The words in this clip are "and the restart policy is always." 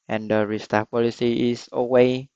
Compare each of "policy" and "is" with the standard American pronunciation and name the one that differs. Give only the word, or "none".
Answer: is